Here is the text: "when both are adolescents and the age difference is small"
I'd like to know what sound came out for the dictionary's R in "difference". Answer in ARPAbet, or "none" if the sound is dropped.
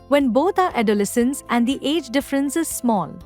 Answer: R